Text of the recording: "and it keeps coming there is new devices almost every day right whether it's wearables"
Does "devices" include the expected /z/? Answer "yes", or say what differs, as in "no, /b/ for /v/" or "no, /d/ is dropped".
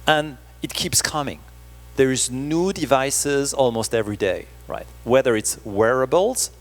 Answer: yes